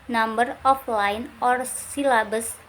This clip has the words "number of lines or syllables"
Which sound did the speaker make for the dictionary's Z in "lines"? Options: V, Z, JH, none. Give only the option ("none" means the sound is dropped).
none